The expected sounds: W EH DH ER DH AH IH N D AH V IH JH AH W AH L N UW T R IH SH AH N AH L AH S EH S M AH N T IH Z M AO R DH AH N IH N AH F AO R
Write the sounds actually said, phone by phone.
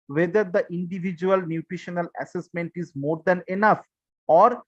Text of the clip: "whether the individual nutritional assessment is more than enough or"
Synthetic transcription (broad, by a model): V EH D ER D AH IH N D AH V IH JH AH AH L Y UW T R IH SH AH N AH L AH S EH S M AH N T IH Z M AO R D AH N IH N AH F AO R